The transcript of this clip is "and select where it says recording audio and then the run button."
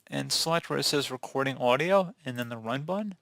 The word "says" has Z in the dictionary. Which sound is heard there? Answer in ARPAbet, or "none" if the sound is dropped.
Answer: Z